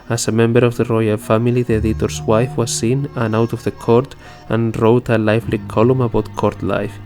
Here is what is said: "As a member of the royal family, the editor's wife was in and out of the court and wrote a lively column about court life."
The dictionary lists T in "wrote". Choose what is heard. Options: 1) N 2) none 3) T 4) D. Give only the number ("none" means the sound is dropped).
3